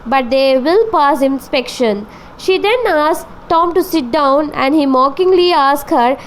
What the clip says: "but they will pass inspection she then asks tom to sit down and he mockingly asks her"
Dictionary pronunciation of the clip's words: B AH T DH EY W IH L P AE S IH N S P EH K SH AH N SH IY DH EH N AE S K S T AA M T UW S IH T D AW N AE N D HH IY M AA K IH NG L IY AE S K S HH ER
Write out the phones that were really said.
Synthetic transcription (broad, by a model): B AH T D EY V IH L P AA S IH N S P EH K SH AH N SH IY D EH N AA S S T AA M T UW S IH T D AW N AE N D HH IY M AA K IH NG L IY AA S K HH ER